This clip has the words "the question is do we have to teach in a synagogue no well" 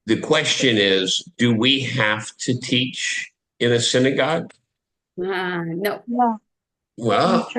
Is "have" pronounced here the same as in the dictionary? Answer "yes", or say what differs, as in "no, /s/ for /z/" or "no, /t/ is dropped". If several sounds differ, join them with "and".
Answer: no, /f/ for /v/